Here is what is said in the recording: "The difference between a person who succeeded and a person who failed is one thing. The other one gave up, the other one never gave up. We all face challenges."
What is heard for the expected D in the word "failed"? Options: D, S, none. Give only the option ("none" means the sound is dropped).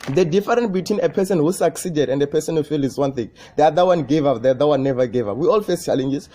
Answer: none